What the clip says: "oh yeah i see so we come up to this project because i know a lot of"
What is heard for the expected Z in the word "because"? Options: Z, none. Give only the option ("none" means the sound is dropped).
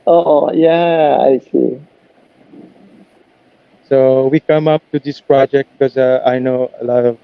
none